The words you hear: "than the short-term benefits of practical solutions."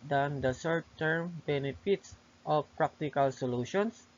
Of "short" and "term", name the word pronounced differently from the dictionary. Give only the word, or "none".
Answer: short